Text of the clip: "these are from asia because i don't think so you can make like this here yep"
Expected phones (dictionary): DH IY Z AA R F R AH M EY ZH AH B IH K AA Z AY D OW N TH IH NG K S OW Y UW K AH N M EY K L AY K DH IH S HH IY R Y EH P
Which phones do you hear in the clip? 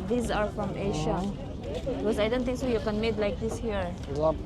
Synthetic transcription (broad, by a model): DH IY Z AA R F R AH M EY SH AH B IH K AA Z AY D OW N T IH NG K S OW Y UW K AH N M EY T L AY K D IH S HH IY R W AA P